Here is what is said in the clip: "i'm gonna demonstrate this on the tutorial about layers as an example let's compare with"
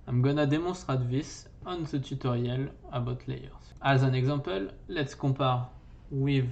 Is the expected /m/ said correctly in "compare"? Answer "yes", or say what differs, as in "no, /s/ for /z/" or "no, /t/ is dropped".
no, /m/ is dropped